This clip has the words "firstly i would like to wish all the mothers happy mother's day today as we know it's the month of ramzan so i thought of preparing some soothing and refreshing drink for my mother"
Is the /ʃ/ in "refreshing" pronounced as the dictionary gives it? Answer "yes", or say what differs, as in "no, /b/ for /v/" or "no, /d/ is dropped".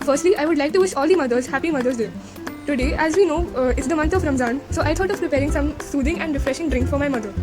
yes